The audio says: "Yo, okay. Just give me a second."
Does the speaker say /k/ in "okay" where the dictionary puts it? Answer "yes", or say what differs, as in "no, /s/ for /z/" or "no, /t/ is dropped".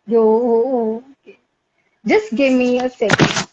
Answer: no, /k/ is dropped